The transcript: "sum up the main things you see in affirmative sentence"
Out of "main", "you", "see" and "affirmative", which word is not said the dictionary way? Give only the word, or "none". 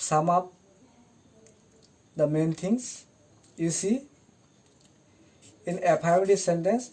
affirmative